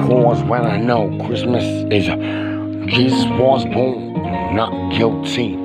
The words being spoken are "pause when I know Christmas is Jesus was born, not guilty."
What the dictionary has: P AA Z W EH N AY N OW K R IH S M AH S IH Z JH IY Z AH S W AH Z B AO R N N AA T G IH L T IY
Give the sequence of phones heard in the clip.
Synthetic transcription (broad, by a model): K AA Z W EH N AY N OW K R IH S M AH S IH Z JH IY Z AH S W AH Z B AO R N N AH T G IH L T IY